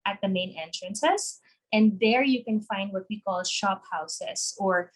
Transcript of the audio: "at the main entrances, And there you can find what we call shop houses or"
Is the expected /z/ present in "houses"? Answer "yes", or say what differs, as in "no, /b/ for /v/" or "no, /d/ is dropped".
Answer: no, /s/ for /z/